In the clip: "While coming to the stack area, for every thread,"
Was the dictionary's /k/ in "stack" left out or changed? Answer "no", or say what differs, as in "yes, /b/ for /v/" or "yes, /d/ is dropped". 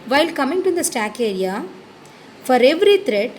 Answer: no